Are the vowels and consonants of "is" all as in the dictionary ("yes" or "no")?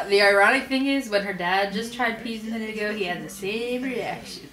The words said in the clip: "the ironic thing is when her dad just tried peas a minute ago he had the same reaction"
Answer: yes